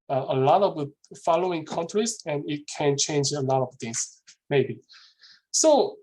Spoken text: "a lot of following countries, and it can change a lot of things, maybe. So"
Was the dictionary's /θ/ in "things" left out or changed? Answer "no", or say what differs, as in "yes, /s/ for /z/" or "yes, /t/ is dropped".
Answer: yes, /t/ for /θ/